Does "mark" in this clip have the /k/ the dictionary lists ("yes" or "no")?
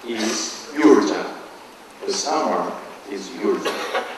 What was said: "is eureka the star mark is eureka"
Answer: no